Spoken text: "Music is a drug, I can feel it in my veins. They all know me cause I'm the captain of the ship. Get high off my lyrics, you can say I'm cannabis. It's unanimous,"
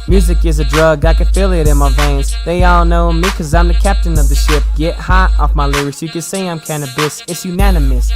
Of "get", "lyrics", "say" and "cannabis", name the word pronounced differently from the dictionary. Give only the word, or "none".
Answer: lyrics